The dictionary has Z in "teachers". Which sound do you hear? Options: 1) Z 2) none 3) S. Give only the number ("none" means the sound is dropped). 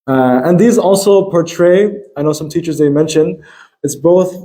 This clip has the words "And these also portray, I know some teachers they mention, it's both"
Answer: 1